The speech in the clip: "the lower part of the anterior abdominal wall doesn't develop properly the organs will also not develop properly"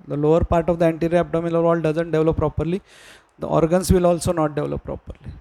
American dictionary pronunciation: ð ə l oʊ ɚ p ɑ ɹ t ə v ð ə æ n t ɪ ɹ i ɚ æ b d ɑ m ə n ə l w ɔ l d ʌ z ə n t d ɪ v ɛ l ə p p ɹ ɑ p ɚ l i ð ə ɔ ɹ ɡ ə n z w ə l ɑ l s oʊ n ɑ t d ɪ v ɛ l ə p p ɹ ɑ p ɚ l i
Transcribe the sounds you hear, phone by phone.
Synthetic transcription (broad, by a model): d ə l oʊ ɚ p ɑ ɹ t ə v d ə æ n t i ɹ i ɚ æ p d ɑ m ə l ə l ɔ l d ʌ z ə n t d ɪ v l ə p p ɹ ɑ p ɚ l i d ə ɔ ɹ ɡ ə n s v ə l ɑ l s oʊ n ɑ t d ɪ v l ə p p ɹ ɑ p ɚ l i